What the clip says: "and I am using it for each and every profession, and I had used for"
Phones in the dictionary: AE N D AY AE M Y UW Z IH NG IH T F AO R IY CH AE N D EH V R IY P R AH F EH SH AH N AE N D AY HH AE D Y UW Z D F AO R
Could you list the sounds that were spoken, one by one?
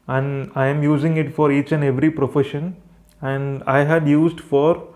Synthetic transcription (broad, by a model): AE N D AY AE M Y UW Z IH NG IH T F AO R IY CH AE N D EH V R IY P R AH F EH SH AH N AE N D AY HH AE D Y UW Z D F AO R